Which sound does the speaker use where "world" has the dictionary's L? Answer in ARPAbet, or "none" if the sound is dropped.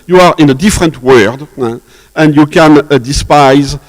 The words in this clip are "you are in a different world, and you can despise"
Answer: none